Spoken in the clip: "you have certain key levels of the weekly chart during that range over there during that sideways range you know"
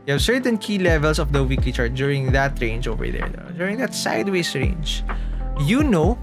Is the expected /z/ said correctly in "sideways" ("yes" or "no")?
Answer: no